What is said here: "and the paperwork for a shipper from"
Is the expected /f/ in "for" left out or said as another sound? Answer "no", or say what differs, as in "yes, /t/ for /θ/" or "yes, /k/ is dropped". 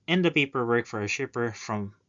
no